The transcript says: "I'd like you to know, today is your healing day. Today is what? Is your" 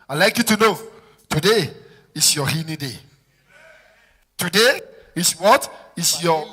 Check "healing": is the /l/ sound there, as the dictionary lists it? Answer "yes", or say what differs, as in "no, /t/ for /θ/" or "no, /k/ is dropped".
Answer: no, /n/ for /l/